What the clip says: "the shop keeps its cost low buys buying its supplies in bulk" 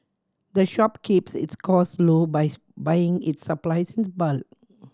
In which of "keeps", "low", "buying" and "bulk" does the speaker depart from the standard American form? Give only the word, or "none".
bulk